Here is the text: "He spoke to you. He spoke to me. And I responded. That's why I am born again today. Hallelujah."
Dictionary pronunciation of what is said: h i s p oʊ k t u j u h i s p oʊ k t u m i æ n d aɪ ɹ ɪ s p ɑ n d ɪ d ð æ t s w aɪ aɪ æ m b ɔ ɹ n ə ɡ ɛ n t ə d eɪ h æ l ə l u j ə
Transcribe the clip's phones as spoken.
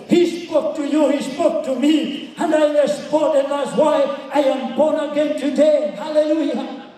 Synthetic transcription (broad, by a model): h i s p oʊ t u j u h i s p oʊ t u m i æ n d aɪ l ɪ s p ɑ d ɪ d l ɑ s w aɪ aɪ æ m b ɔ n ə ɡ ɛ n t ə d eɪ h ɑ l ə l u j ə